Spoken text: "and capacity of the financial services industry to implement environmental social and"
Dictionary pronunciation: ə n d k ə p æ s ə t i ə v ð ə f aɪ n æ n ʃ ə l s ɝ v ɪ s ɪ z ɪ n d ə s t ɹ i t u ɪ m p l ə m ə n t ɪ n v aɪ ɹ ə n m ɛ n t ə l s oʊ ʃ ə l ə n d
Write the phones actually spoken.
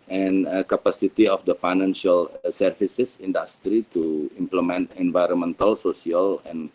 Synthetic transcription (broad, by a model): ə n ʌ k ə p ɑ s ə t i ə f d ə f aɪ n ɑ n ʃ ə l s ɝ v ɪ s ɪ s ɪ n d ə s t ɹ i t u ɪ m p l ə m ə n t ɪ n v aɪ ɹ ə n m ɛ n t ə l s oʊ s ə l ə n